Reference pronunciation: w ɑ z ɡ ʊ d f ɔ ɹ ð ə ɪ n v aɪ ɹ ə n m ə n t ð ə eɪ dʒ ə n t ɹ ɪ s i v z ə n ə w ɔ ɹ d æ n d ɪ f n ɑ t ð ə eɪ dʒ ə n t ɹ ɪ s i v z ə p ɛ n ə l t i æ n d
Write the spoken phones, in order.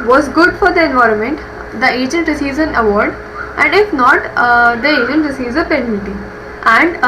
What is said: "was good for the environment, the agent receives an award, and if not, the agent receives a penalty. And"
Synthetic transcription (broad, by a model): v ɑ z ɡ ʊ d f ɔ ɹ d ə ɪ n v aɪ ɹ ə n m ə n t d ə eɪ dʒ ə n t ɹ ɪ s i v z ə n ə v ɔ ɹ d æ n d ɪ f n ɑ t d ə eɪ dʒ ə n t ɹ ɪ s i v z ə p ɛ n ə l t i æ n d